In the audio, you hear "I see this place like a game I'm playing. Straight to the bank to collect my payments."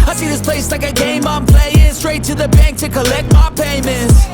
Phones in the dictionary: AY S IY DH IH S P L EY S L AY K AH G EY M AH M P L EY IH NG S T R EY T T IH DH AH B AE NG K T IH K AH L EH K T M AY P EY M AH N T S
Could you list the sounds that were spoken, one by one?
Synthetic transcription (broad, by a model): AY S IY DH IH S P L EY S L AY K AH G EY M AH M P L EY IH NG S T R EY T T IH DH AH B AE NG K T IH K AH L EH K T M AY P EY M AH N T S